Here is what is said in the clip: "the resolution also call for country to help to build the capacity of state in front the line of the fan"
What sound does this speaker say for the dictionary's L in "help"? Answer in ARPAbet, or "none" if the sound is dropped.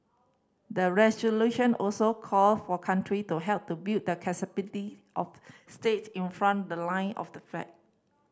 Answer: L